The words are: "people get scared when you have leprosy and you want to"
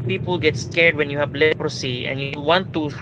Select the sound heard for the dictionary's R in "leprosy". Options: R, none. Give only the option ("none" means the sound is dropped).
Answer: R